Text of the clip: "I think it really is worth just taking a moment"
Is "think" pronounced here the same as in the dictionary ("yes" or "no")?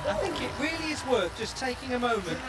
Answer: yes